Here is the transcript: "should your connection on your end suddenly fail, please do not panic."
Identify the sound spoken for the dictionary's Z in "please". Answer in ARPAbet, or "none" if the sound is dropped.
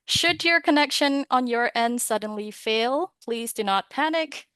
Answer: Z